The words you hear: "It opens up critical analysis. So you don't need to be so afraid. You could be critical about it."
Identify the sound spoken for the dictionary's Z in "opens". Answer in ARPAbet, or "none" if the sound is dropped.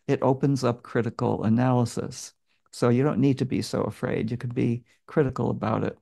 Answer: Z